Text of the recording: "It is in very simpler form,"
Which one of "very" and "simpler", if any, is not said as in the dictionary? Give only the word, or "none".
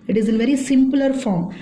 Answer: none